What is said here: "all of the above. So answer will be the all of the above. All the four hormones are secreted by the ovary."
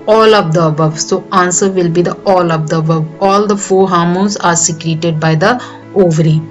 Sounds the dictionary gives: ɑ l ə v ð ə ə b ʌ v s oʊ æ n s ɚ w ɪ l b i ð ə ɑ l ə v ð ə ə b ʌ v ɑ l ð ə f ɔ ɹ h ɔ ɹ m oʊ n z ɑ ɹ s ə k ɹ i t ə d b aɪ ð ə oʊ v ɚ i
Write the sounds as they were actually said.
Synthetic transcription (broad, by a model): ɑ l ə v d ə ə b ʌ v s oʊ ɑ n s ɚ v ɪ l b i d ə ɑ l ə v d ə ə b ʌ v ɑ l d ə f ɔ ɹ h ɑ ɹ m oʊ z ɑ ɹ s ə k ɹ i t ə d b aɪ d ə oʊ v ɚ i